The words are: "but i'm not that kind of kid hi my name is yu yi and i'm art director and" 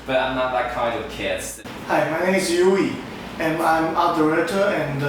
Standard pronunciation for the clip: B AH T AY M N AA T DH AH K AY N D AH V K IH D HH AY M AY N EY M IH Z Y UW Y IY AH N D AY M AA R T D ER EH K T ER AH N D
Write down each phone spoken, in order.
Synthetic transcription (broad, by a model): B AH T AY M N AA T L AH K AY N D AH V K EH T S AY M AY N EY M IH S Y UW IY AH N AY M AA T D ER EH T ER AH N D